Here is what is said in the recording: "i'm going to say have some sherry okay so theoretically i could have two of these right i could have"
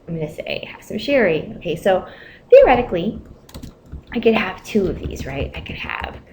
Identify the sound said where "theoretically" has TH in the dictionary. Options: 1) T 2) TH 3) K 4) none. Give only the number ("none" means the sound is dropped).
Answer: 2